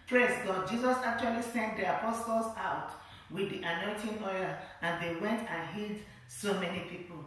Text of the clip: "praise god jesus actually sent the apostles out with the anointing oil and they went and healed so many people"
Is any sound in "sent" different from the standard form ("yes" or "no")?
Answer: no